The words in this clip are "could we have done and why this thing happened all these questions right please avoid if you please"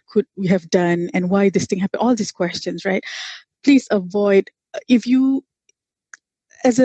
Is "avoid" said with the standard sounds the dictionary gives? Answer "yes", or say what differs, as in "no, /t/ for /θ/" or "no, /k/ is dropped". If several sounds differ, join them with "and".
yes